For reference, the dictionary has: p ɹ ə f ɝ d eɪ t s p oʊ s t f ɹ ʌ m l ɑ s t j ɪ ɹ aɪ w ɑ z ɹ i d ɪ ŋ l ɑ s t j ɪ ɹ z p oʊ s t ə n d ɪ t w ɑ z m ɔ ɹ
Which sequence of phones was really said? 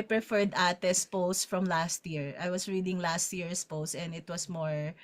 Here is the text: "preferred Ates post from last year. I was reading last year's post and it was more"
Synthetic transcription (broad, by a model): p ɹ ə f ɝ d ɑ t s p oʊ s t f ɹ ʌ m l ɑ s t j ɪ ɹ aɪ w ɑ s ɹ i d ɪ ŋ l ɑ s t j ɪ ɹ s p oʊ s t ə n d ɪ t w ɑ s m ɔ ɹ